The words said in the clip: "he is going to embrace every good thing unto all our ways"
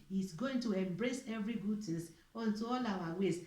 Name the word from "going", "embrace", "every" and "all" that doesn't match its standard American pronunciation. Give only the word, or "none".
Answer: none